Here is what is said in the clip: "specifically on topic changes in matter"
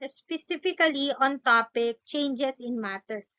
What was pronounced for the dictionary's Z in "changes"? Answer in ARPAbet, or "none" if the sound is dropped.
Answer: S